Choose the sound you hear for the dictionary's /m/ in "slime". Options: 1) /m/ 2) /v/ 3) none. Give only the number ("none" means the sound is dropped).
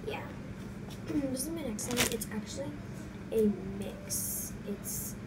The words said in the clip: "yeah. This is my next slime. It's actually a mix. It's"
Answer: 3